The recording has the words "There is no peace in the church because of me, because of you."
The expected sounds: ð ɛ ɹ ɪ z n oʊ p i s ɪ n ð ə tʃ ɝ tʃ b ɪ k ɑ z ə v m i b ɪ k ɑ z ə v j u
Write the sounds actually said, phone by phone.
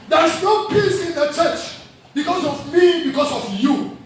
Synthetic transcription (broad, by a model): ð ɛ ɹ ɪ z n oʊ p i s ɪ n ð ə tʃ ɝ tʃ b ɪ k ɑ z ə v m i b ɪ k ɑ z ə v j u